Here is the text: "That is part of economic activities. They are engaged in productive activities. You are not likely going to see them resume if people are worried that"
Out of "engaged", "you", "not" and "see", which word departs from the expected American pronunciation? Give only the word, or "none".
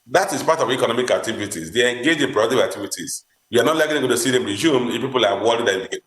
engaged